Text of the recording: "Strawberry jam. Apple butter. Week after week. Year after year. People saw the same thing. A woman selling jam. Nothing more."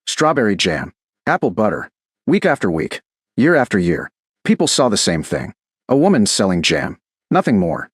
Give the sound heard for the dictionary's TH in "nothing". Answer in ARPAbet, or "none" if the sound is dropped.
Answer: TH